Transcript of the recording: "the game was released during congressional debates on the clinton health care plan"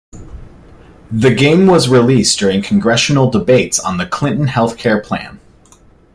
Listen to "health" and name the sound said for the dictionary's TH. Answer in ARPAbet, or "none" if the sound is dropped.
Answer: TH